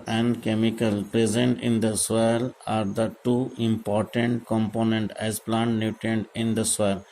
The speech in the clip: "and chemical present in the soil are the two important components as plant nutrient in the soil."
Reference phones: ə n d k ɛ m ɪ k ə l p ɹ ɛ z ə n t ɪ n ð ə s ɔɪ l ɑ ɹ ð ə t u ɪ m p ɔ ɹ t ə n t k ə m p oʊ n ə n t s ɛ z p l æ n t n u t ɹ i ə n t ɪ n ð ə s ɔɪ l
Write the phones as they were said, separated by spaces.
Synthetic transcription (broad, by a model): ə n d k ɛ m ɪ k ə l p ɹ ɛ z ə n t ɪ n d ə s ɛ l ɑ ɹ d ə t u ɪ m p ɔ ɹ t ə n t k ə m p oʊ n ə n t ɛ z p l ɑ n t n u t i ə n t ɪ n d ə s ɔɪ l